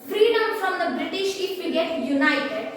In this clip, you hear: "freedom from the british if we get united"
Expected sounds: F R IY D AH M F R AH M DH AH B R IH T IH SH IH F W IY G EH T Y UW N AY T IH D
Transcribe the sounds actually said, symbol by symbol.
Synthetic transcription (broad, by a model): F R IY D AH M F R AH M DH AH B R IH T IH SH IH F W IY G EH T Y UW N AY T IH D